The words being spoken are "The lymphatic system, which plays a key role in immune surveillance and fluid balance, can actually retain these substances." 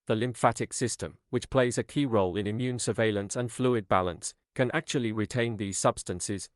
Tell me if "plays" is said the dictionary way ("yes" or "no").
yes